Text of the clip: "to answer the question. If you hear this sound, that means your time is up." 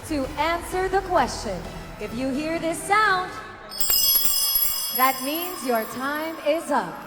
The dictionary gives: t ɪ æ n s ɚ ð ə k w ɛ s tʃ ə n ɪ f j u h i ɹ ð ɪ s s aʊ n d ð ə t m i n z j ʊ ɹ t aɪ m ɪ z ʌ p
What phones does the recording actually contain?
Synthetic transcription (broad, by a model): t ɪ æ n s ɚ ð ə k w ɛ s tʃ ə n ɪ f j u h i ɹ ð ɪ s s aʊ n d ð ə t m i n z j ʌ ɹ t aɪ m ɪ z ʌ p